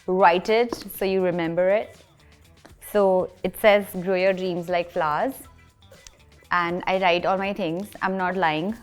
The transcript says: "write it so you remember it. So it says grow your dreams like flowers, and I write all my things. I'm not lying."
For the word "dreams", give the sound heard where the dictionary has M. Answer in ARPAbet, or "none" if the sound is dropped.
M